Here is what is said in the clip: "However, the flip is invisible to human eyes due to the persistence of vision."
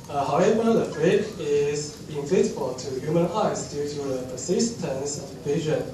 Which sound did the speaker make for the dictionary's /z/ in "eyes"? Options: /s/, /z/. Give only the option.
/s/